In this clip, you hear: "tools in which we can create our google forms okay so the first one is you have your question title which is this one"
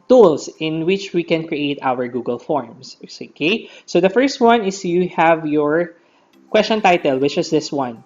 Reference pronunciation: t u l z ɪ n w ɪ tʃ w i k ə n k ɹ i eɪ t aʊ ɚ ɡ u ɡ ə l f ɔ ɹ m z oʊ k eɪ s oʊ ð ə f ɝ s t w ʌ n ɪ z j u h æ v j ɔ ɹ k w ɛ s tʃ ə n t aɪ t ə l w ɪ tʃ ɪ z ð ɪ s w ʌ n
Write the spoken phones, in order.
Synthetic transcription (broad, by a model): t u l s ɪ n w ɪ tʃ w i k ə n k ɹ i eɪ t aʊ ɚ ɡ u ɡ ə l f ɔ ɹ m s oʊ k eɪ s oʊ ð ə f ɝ s t w ʌ n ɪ s j u h æ v j ɔ ɹ k w ɛ s tʃ ə n t aɪ t ə l w ɪ tʃ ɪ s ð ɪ s w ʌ n